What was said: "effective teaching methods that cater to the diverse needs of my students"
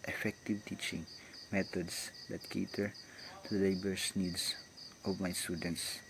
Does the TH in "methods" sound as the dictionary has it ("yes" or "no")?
no